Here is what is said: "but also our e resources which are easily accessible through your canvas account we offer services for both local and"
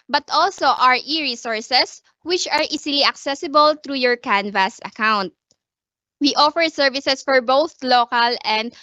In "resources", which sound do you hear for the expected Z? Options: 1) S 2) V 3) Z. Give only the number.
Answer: 1